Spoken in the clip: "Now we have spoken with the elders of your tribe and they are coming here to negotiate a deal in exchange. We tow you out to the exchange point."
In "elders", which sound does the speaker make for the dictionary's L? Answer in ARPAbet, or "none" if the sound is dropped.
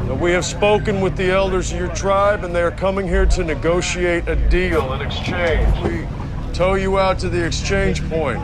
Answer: L